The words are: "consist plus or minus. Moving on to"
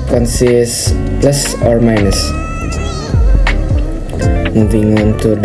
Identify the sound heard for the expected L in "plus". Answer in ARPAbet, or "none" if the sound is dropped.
L